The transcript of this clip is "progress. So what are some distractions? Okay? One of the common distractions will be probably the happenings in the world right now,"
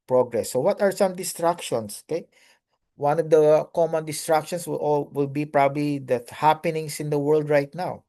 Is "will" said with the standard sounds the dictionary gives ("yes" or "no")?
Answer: no